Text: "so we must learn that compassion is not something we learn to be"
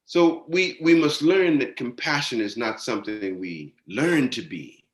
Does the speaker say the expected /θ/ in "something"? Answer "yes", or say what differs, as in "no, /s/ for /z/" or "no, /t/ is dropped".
yes